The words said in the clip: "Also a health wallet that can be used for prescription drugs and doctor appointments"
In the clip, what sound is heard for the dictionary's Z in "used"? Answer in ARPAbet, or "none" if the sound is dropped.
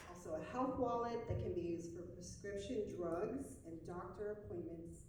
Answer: Z